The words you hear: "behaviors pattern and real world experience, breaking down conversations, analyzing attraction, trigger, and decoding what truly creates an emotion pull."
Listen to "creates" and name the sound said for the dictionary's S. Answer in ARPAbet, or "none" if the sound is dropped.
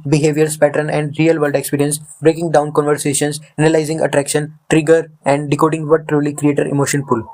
none